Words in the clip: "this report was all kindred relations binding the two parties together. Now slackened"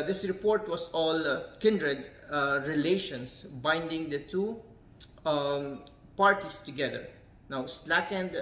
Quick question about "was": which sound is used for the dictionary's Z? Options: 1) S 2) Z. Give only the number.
1